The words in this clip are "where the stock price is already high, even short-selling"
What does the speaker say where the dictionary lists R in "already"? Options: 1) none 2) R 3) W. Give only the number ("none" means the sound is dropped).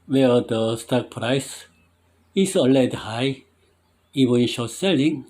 1